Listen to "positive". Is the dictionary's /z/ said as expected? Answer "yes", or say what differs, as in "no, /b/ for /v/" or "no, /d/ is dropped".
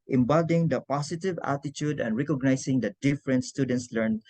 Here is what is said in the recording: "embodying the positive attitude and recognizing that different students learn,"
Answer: no, /s/ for /z/